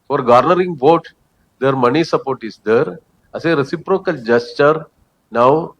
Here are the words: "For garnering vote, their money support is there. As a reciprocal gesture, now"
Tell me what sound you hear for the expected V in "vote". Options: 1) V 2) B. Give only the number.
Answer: 1